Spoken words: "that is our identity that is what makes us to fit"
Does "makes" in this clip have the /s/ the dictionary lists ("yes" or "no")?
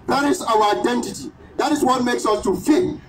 yes